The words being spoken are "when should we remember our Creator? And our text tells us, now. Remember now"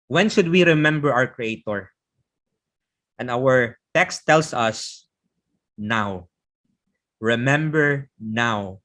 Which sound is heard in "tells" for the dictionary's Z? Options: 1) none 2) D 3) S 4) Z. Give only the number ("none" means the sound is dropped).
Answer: 3